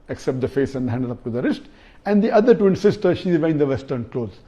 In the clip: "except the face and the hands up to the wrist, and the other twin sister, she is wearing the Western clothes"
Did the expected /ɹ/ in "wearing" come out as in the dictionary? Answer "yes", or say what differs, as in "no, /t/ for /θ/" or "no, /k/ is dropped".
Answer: no, /ɹ/ is dropped